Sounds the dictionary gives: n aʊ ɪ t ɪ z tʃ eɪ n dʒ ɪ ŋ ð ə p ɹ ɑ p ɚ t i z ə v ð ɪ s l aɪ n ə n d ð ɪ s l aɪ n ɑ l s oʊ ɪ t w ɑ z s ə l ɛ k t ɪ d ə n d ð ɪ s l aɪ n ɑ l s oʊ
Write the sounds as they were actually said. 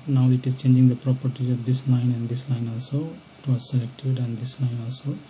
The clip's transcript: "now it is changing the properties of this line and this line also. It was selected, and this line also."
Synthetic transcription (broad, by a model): n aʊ ɪ t ɪ z tʃ eɪ n dʒ ɪ ŋ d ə p ɹ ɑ p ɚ t i ə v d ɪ s l aɪ n ə n d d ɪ s l aɪ n ɑ l s oʊ ɪ t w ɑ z s ə l ɛ k t ɪ d ə n d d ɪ s l aɪ n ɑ l s oʊ